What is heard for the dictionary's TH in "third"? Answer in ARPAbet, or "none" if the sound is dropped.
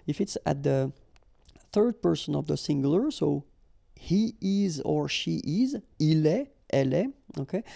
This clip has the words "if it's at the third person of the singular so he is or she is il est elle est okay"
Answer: TH